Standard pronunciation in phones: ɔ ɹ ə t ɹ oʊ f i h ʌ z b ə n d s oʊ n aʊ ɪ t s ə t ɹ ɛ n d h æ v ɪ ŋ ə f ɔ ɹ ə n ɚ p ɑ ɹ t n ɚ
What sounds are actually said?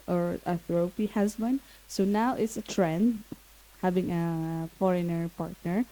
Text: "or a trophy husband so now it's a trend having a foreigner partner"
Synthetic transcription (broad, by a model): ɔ ɹ ə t ɹ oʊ p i h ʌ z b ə n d s oʊ n aʊ ɪ t s ə t ɹ ɛ n d h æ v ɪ ŋ ə f ɔ ɹ ə n ɚ p ɑ ɹ t n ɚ